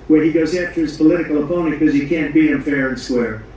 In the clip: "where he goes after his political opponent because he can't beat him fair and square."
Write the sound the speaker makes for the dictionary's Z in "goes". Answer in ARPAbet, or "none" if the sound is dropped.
Z